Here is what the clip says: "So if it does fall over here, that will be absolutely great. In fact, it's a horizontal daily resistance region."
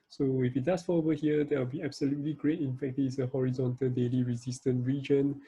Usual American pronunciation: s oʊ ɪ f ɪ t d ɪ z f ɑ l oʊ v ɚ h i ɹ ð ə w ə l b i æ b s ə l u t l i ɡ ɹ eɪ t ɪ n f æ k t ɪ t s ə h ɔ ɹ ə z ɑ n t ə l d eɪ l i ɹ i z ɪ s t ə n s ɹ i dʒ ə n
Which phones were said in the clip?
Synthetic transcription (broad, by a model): s oʊ ɪ f ɪ t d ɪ s f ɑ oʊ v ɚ h i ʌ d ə w ə l b i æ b s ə l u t l i ɡ ɹ eɪ t ɪ n f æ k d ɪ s ə h ɔ ɹ ə z ɑ n t ə l d eɪ l i ɹ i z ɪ s t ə n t ɹ i dʒ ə n